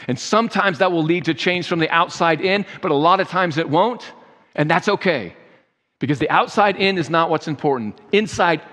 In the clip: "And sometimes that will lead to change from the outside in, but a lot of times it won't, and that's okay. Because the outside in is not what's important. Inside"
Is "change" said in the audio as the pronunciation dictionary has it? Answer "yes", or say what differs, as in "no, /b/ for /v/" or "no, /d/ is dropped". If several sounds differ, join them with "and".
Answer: no, /ʒ/ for /dʒ/